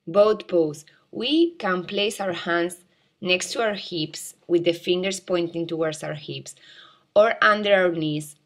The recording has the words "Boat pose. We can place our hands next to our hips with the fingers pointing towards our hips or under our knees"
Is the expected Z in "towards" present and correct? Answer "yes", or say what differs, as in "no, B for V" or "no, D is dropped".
no, S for Z